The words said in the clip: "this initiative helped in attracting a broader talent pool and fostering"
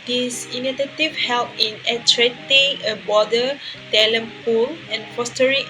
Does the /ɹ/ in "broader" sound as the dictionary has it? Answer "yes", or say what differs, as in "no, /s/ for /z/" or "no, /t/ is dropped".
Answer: no, /ɹ/ is dropped